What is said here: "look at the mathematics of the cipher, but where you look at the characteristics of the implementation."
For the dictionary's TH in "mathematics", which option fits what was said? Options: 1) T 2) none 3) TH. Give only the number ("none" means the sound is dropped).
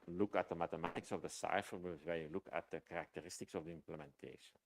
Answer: 1